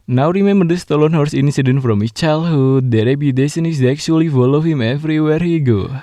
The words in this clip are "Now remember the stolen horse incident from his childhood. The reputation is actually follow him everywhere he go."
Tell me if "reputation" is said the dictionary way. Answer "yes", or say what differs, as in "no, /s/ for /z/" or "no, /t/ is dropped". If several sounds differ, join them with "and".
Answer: no, /s/ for /ʃ/